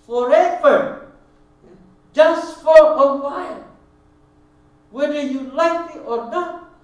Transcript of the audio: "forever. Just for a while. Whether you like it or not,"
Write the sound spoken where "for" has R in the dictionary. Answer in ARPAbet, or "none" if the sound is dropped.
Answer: L